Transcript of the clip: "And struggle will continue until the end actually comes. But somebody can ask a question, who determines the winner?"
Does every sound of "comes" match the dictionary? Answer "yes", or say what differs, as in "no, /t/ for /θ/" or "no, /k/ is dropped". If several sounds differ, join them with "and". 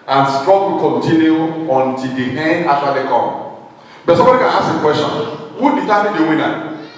no, /z/ is dropped